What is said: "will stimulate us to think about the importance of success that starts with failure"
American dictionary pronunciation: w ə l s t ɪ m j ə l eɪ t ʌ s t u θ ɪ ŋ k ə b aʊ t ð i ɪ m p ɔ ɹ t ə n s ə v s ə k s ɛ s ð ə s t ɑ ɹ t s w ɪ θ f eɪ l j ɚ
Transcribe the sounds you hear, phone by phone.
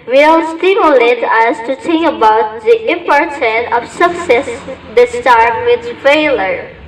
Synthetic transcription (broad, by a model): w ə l s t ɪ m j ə l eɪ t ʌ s t u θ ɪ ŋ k ə b aʊ t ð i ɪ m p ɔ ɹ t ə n ə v s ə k s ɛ s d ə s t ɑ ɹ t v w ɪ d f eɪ l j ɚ